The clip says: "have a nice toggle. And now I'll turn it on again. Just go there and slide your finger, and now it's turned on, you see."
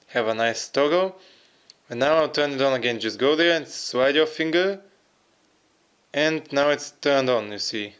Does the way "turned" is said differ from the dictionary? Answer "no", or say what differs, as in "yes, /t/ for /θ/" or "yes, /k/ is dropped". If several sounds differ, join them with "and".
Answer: no